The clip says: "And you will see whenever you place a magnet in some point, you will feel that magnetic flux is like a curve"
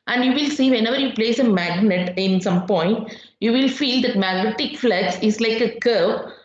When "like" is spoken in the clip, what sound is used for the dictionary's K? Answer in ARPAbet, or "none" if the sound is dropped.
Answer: K